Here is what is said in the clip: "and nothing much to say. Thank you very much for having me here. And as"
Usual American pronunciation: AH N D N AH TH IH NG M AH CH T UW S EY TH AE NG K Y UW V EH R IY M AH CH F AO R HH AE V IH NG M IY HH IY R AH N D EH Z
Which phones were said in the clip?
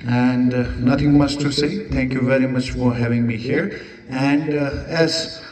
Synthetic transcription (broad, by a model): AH N D N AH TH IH NG M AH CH T UW S EY T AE NG K Y UW V EH R IY M AH CH F AO R HH AE V IH NG M IY HH IY R AH N D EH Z